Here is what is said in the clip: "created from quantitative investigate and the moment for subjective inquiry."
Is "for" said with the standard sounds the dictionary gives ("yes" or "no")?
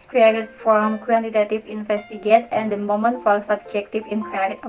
no